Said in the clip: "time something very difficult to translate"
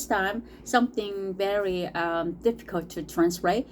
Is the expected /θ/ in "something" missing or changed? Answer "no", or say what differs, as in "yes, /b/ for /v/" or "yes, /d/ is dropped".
no